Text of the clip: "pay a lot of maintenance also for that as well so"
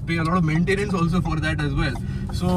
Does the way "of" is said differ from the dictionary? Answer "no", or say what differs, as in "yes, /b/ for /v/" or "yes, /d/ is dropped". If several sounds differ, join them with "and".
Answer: no